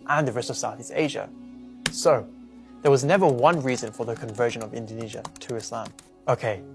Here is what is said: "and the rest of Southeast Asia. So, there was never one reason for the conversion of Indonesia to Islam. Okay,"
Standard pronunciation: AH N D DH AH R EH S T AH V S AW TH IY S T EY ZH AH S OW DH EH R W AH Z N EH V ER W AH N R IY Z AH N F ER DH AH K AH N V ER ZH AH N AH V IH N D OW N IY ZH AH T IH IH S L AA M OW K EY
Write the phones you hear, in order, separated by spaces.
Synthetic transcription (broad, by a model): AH N DH AH R EH S T AH V S AW TH IY S T EY ZH AH S OW DH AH R W AH Z N EH V ER W AH N R IY Z AH N F ER DH AH K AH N V ER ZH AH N AH V IH N D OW N IY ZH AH T IH IH S L AA M OW K EY